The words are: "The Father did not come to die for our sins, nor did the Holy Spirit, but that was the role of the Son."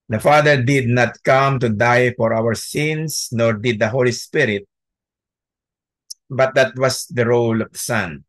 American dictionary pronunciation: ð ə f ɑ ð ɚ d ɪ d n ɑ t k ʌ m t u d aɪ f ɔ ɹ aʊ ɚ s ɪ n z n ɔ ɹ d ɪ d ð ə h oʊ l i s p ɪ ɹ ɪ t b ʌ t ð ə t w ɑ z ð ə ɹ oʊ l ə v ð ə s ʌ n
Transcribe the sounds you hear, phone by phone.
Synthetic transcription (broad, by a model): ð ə f ɑ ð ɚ d ɪ d n ɑ t k ʌ m t u d aɪ f ɔ ɹ aʊ ɚ s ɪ n s n ɔ ɹ d ɪ d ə h oʊ l i s p ɪ ɹ ɪ t b ʌ t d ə t w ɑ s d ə ɹ oʊ l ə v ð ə s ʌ n